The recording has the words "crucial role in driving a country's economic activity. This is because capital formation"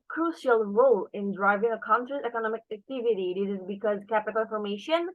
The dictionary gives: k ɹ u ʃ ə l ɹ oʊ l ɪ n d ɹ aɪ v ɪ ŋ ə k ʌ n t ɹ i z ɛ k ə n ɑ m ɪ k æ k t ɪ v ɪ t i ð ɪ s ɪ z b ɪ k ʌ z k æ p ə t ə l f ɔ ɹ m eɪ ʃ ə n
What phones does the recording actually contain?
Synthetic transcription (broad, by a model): k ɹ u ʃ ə l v oʊ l ɪ n d ɹ aɪ v ɪ ŋ ə k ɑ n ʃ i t ɛ k ə n ɑ m ɪ k æ k t ɪ v ɪ t i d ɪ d ɪ z b ɪ k ʌ z k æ p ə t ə n f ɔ ɹ m eɪ ʃ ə n